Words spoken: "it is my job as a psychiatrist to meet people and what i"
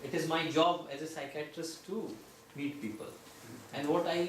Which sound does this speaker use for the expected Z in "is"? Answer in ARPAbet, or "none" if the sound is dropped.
Z